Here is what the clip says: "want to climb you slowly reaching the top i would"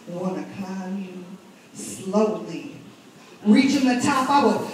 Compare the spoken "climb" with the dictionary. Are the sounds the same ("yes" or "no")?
no